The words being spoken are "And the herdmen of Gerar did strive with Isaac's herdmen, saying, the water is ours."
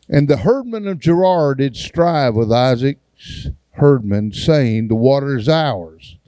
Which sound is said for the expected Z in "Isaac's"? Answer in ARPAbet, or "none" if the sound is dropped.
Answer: Z